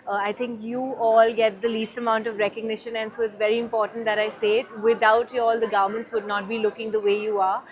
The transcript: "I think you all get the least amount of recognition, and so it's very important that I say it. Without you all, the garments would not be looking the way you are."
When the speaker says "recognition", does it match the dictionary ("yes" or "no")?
yes